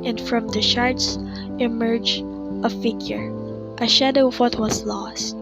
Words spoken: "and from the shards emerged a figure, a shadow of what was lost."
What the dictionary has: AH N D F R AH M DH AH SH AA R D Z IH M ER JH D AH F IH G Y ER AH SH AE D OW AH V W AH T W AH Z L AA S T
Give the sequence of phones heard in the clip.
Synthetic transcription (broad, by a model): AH N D F R AH M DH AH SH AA R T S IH M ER JH AH F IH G Y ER AH SH AE D OW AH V W AH T W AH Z L AA S T